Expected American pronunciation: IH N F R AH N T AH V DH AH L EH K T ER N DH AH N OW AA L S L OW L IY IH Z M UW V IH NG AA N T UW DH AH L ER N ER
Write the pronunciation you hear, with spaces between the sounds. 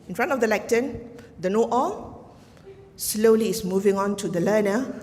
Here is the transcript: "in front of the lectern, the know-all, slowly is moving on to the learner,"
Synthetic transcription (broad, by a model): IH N F R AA N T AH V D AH L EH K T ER N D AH N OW AA L S L OW L IY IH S M UW V IH NG AA N T UW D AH L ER N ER